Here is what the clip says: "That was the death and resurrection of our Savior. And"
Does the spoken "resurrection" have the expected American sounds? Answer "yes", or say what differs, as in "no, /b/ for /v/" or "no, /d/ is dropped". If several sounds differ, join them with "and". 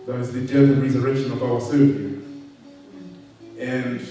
yes